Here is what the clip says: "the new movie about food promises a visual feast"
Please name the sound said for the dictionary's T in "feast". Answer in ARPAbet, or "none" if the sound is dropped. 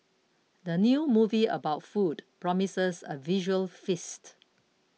T